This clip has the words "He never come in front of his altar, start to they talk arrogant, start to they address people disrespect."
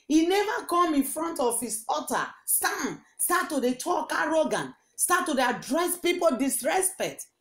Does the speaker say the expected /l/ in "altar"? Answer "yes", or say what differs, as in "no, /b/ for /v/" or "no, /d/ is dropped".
no, /l/ is dropped